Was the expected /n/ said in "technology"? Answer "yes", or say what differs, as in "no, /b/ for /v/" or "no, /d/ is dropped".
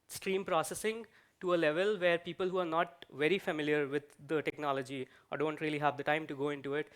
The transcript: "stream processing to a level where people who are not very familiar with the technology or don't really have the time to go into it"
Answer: yes